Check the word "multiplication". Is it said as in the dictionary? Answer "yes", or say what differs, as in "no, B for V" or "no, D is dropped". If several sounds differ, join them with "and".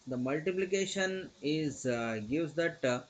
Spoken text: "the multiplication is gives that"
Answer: yes